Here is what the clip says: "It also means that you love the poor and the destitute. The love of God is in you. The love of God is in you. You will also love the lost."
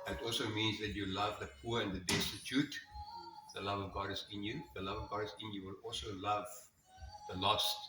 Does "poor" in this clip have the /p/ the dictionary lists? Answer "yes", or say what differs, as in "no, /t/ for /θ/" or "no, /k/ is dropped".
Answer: yes